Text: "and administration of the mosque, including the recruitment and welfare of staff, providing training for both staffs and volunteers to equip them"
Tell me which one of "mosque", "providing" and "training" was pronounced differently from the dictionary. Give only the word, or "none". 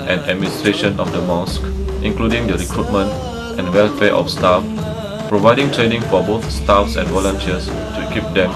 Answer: none